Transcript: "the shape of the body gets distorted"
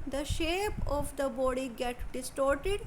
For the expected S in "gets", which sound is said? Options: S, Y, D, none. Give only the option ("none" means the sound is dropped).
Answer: none